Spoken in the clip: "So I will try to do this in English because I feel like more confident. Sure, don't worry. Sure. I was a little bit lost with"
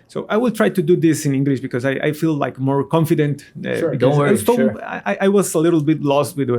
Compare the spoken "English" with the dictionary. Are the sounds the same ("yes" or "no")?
yes